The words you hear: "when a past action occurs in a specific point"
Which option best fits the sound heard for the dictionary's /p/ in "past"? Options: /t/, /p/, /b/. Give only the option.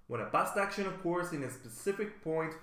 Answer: /b/